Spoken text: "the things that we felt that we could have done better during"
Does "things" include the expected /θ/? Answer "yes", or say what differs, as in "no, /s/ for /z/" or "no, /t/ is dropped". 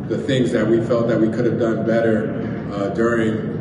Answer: yes